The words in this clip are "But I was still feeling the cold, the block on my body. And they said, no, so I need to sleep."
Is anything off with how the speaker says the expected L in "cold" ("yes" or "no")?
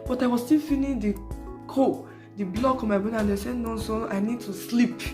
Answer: yes